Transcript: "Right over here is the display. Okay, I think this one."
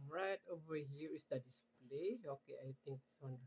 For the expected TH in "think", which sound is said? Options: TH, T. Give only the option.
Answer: T